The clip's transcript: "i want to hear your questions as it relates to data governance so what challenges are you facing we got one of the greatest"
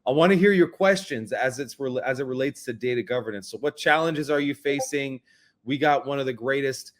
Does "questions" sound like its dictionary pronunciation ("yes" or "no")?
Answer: yes